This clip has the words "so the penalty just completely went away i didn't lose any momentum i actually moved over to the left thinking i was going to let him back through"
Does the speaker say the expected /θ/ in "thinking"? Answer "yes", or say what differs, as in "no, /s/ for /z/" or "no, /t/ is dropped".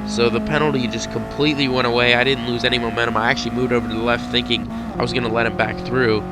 yes